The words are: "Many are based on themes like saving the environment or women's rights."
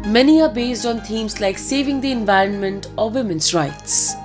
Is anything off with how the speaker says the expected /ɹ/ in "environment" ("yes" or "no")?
no